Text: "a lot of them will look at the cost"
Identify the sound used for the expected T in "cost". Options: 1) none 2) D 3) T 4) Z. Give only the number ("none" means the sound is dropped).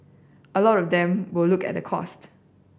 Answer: 3